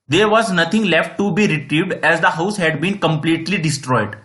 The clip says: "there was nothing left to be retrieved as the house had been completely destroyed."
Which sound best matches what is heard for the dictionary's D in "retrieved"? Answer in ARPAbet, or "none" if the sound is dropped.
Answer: D